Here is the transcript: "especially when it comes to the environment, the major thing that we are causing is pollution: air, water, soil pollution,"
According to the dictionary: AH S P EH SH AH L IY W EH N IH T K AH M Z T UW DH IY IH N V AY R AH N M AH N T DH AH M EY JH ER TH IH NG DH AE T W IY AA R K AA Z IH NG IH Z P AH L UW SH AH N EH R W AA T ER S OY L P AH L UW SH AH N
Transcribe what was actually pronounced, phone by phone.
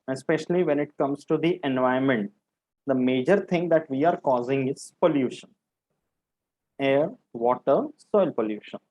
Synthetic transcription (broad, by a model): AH S P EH SH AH L IY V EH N IH T K AH M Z T UW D IY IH N V AY AH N M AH N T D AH M EY JH ER T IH NG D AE T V IY AA R K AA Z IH NG IH Z P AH L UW SH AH N EH R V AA T ER S OY L P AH L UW SH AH N